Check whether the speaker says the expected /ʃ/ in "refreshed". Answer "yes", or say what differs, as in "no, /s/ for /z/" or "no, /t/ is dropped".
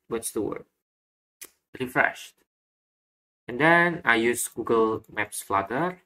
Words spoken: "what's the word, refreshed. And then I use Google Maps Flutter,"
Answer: yes